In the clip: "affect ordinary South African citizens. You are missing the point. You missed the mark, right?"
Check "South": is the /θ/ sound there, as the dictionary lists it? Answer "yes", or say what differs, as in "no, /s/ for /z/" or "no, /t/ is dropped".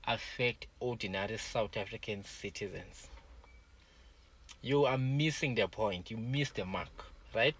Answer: no, /t/ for /θ/